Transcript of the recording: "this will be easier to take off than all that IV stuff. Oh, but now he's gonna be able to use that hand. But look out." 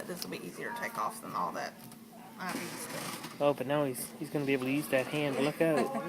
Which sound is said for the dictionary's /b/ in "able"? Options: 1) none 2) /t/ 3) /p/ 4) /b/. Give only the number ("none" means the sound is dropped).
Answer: 1